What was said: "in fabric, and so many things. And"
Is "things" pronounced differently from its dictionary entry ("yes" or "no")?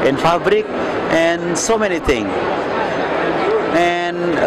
yes